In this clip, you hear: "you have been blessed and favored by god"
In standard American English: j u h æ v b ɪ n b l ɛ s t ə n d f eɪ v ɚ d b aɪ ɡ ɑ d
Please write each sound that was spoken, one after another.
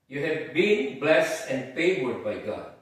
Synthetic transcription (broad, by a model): j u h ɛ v b ɪ n b l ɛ s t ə n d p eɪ w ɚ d b aɪ ɡ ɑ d